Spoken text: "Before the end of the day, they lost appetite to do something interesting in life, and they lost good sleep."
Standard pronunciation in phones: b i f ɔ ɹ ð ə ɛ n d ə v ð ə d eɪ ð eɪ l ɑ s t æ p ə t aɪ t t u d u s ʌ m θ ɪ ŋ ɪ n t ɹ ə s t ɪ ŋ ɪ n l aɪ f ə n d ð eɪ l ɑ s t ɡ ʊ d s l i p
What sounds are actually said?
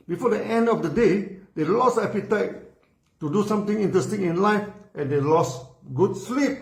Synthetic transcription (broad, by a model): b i f ɔ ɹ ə ɛ n d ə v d ə d eɪ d eɪ l ɑ s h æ p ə t aɪ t t u d u s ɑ m t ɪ ŋ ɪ n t ɹ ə s t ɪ ŋ ɪ n l aɪ f ə n d eɪ l ɑ s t ɡ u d s l i p